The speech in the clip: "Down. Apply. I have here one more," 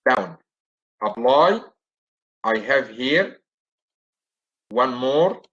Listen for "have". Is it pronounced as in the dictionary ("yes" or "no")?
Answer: yes